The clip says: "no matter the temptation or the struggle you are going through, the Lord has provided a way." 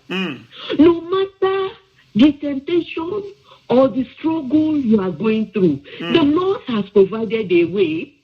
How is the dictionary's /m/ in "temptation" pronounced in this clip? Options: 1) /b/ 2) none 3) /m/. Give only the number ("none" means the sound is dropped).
3